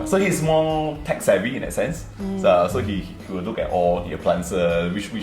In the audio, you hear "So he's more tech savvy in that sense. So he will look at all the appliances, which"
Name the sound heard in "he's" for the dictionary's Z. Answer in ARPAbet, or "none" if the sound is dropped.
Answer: S